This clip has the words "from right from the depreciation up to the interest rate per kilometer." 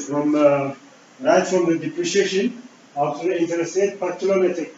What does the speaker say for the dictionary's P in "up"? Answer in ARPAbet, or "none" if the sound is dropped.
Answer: F